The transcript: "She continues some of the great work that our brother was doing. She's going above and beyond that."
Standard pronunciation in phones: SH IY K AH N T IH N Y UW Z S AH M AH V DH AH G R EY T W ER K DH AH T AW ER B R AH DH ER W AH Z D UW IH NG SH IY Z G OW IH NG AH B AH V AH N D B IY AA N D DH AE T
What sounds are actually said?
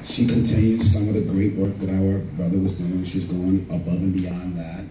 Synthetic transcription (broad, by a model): SH IY K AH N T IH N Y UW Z S AH M AH V DH AH G R EY T W ER K DH AH T AW ER B R AH DH ER W AH Z D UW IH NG SH IY Z G OW IH NG AH B AH V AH N B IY AA N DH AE T